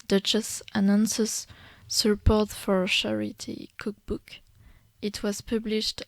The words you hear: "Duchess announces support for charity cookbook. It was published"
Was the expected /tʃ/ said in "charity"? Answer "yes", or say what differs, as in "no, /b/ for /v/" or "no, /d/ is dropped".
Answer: no, /ʃ/ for /tʃ/